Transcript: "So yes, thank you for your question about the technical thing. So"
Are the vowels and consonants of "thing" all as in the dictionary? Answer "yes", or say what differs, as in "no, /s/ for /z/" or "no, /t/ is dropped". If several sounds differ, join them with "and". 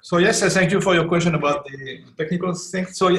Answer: no, /t/ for /θ/